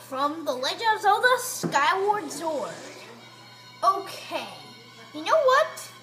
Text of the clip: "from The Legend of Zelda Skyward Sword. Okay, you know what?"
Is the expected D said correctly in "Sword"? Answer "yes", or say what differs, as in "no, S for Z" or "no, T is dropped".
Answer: no, D is dropped